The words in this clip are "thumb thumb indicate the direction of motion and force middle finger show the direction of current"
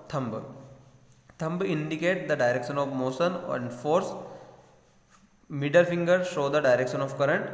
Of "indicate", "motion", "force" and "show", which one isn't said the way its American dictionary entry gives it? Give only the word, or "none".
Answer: motion